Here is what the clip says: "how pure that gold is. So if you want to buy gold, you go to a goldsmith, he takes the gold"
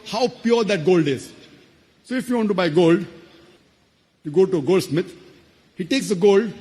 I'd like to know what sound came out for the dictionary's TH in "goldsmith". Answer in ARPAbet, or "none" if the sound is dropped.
T